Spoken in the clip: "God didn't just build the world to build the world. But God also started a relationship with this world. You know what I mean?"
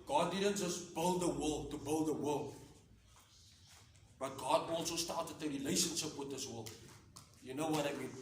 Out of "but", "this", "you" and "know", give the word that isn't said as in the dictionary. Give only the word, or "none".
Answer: none